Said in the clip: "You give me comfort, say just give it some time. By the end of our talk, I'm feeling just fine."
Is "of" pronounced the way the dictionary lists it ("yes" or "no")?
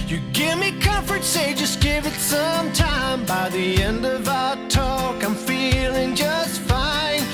yes